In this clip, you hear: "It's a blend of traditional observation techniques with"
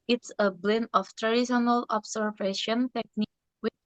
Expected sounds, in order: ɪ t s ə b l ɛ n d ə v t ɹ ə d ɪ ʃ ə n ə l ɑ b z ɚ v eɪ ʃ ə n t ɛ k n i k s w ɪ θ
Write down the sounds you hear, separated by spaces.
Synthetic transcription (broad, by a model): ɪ t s ə b l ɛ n ə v t ɹ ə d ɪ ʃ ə n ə l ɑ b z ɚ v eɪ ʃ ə n t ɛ k n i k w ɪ